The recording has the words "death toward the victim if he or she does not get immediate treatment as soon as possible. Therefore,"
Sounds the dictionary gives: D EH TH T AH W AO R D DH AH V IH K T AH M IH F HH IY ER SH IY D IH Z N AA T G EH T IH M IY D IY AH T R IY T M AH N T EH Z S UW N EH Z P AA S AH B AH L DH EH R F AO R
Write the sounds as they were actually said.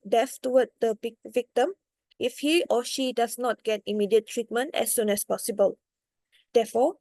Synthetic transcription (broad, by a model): D EH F T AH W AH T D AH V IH K T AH M IH F HH IY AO SH IY D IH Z N AA T G EH T IH M IY D IY AH T R IY T M AH N T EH S UW N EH S P AA S AH B AH L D EH F AO